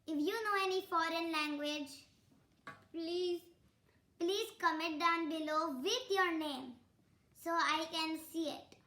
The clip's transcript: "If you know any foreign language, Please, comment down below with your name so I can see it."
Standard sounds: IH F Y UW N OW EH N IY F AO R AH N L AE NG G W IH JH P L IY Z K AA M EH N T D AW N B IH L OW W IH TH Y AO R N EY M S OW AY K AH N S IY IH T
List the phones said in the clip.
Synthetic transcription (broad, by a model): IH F Y UW N OW EH N IY F AO R AH N L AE NG G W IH JH P L IY Z K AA M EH T D AW N B IH L OW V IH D Y AO R N EY M S OW AY K AH N S IY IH T